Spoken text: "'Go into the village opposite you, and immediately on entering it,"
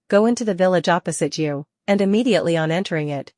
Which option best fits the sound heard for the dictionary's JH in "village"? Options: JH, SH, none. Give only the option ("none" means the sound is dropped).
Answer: JH